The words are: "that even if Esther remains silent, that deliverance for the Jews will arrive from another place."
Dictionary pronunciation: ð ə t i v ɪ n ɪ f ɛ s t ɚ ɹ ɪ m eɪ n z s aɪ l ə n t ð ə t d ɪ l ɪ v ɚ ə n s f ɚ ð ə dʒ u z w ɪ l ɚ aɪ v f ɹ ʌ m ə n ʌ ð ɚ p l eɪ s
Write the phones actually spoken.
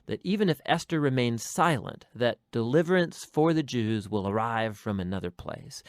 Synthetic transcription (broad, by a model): ð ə t i v ɪ n ɪ f ɛ s t ɚ ɹ ɪ m eɪ n z s aɪ l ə n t ð ə t d ɪ l ɪ v ɚ ə n s f ɚ ð ə dʒ u z w ɪ l ɚ aɪ v f ɹ ʌ m ə n ʌ ð ɚ p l eɪ s